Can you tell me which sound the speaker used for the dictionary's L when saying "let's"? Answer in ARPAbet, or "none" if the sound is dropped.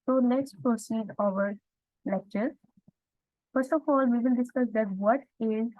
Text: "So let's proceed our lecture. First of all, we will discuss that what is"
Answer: N